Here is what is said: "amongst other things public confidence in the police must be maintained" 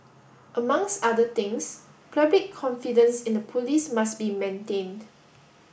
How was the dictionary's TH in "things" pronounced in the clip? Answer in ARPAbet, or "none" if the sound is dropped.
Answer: T